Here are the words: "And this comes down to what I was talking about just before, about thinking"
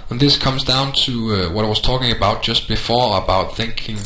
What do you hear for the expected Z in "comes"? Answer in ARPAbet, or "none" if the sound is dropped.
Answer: Z